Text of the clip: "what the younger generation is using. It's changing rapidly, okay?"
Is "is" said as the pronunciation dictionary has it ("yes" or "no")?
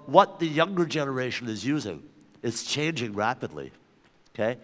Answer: yes